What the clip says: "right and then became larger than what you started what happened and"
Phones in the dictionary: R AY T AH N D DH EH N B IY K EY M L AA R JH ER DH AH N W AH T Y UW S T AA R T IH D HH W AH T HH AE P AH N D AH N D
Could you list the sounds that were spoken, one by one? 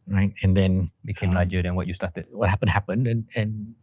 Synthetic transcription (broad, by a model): R AY T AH N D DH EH N B IY K EY M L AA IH JH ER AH N W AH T Y UW S T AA T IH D HH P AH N HH AE P AH N D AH N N